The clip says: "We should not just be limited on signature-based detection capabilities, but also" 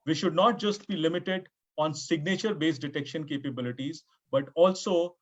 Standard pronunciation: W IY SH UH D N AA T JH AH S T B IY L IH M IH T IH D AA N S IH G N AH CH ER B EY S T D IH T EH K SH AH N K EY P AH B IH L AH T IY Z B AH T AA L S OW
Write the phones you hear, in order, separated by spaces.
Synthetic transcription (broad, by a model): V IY SH UH D N AA T JH AH S T B IY L IH M IH T IH D AA N S IH G N AH CH ER B EY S D IH T EH K SH AH N K EY P AH B IH L AH T IY Z B AH T AA L S OW